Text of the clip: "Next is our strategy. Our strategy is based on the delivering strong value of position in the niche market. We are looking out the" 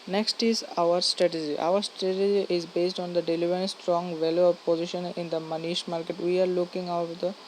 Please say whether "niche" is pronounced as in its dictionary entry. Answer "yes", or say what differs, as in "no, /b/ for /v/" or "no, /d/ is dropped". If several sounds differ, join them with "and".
no, /ʃ/ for /tʃ/